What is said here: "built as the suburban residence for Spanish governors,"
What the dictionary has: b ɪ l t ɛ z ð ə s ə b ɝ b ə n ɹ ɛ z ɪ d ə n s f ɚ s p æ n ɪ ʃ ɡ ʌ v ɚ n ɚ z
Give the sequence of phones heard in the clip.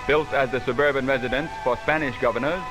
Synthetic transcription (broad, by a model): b ɪ l t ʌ z ð ə s ə b ɝ b ə n ɹ ɛ z ɪ d ə n s f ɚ s p æ n ɪ ʃ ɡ ʌ v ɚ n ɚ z